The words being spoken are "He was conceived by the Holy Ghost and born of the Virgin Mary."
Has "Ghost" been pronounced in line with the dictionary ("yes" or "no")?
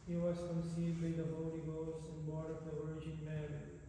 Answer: no